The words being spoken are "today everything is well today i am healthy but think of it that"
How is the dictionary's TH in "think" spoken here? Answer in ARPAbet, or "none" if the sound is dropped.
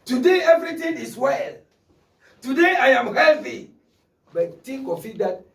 T